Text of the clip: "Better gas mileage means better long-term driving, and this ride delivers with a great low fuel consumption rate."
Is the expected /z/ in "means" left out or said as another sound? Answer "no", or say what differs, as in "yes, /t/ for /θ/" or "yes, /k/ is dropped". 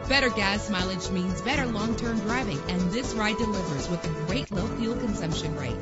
no